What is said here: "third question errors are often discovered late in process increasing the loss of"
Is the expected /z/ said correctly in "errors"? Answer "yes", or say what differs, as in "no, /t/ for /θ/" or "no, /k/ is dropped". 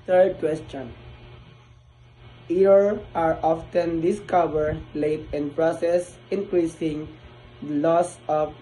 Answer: no, /z/ is dropped